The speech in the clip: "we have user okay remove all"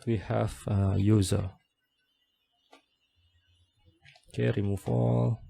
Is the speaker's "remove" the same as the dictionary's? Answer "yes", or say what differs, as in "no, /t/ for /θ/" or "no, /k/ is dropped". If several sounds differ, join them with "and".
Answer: no, /f/ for /v/